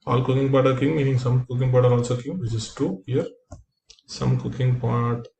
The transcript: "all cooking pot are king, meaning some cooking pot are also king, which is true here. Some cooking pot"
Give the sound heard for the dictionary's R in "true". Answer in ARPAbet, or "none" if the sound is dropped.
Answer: none